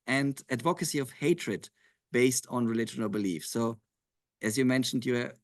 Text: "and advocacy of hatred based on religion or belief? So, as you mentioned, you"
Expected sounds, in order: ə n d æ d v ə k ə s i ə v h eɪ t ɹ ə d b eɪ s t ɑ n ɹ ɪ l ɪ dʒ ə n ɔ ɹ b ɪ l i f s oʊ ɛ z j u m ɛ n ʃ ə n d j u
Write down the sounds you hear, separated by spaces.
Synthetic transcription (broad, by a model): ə n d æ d v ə k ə s i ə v h eɪ t ɹ ə d b eɪ s t n ɹ ɪ l ɪ dʒ ə n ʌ l b ɪ l i f s oʊ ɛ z j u m ɛ n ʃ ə n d j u